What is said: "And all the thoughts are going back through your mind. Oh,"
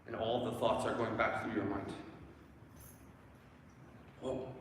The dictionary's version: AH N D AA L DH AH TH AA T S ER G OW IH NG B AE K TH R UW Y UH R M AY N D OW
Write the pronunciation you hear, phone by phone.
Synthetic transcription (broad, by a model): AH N AA L DH AH TH AA T S ER G OW IH NG B AE K TH R UW Y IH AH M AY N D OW